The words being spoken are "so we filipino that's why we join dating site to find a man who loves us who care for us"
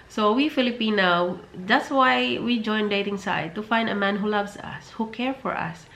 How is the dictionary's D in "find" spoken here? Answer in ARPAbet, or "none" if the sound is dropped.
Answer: D